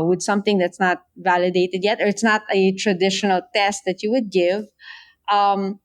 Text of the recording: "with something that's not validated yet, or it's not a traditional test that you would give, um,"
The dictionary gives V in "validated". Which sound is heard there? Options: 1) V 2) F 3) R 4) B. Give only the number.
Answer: 1